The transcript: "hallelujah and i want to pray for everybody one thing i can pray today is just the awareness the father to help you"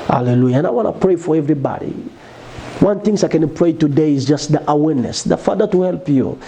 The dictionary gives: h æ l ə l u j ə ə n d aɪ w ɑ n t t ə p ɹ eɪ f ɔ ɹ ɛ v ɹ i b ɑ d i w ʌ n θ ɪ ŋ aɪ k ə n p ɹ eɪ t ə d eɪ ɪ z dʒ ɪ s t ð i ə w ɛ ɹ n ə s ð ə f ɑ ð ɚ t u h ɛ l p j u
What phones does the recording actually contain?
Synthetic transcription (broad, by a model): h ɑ l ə l u j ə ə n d aɪ w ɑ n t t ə p ɹ eɪ f ɔ ɹ ɛ v ɹ i b ɑ d i w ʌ n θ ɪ ŋ aɪ k ə n p ɹ eɪ t ə d eɪ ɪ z dʒ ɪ s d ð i ə w ɛ ɹ n ə s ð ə f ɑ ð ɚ t u h ɛ l p j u